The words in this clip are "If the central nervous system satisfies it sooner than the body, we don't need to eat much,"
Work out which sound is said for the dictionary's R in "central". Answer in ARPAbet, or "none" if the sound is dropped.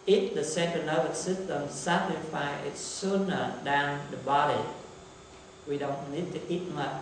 none